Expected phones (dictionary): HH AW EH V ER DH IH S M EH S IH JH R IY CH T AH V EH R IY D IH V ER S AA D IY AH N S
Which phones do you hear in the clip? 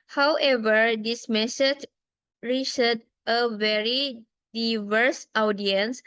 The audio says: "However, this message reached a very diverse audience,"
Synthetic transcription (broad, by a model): HH AW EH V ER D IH S M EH S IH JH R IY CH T AH V EH R IY D IH V ER S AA D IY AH N S